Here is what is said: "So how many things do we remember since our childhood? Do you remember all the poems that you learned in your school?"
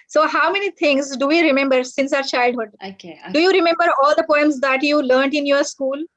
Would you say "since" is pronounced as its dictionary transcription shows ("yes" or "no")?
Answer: yes